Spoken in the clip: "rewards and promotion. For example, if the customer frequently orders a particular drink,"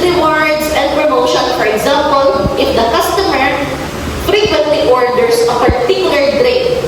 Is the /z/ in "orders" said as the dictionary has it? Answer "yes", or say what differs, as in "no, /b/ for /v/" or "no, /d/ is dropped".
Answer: no, /s/ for /z/